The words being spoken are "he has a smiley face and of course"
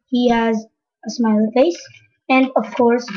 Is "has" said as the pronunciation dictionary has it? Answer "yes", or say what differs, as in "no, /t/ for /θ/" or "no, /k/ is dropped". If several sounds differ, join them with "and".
yes